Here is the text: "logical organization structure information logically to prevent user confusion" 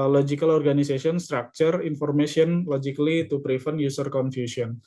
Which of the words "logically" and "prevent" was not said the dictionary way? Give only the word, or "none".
prevent